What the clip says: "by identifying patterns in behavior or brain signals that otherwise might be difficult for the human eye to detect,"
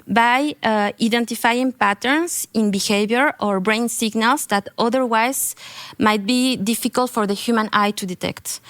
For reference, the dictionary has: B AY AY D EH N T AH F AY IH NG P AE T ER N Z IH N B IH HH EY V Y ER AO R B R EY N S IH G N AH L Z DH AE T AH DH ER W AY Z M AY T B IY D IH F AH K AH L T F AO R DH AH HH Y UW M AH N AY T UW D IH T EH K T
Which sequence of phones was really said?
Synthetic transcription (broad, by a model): B AY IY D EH N T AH F AY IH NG P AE T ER N S IH N B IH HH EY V Y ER AO R B R EY N S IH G N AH L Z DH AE T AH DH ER W AY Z M AY T B IY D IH F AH K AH L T F AO R DH AH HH Y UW M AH N AY T UW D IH T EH K T